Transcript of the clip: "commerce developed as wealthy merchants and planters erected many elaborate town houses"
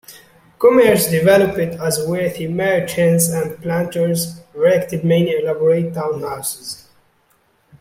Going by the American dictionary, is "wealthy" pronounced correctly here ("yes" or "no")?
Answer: no